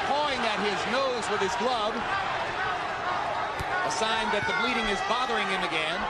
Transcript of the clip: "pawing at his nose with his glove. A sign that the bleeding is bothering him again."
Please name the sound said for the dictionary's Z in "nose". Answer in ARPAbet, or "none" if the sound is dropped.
Z